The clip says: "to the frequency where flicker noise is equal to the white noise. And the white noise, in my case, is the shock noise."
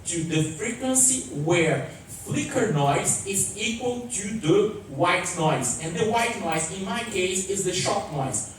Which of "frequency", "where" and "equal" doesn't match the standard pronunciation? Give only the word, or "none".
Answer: none